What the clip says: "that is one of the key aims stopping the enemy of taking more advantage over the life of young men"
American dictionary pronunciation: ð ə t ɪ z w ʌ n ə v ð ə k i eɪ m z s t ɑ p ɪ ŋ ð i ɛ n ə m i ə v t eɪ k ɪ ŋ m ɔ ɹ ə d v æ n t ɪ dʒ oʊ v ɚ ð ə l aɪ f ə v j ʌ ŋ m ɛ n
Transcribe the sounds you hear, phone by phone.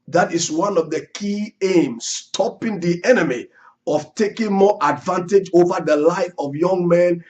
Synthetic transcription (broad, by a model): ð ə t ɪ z w ʌ n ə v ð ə k i eɪ m s t ɑ p ɪ ŋ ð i ɛ n ə m i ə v t eɪ k ɪ ŋ m ɔ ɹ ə d v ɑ n t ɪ dʒ oʊ v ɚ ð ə l aɪ f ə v j ʌ ŋ m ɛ n